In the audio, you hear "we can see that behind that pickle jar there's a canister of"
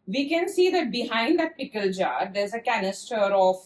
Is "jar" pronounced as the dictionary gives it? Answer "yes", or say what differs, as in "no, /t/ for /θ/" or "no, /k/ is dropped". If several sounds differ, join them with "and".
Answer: yes